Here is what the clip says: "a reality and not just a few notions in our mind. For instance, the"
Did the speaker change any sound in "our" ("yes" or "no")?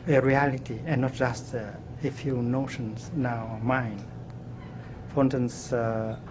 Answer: yes